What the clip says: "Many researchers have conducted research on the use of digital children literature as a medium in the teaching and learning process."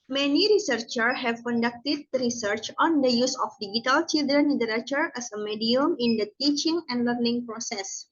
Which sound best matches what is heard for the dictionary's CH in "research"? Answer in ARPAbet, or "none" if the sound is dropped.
CH